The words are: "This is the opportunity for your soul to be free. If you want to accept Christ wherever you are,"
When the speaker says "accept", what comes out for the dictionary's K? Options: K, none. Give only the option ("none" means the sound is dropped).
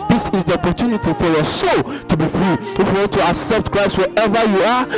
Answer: K